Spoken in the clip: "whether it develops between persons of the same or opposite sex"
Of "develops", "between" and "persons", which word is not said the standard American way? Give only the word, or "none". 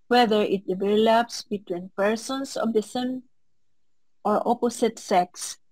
persons